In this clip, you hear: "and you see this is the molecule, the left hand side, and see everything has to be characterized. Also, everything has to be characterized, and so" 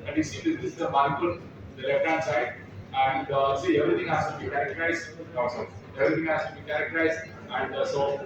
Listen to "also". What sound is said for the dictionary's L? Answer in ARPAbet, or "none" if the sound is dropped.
none